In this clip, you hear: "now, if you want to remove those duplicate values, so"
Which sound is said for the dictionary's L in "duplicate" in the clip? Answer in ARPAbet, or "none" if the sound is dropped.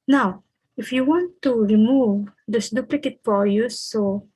L